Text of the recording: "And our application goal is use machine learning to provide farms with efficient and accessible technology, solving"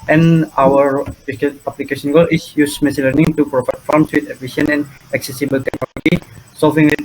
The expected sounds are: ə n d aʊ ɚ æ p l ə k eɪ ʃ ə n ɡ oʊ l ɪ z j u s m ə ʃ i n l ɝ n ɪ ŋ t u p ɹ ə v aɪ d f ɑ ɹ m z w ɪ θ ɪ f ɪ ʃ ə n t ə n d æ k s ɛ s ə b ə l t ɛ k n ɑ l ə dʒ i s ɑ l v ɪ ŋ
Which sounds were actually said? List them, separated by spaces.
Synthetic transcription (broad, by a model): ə n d aʊ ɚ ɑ p l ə k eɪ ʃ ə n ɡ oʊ l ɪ s j u s m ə s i l ɝ n ɪ ŋ t u p ɹ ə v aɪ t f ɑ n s w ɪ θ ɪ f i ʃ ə n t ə n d æ k s ɛ s ə b ə l t ɛ k n ɑ l ə dʒ i s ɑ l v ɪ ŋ